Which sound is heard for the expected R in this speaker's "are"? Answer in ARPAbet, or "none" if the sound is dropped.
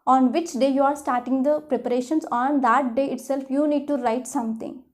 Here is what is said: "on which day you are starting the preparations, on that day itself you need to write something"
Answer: R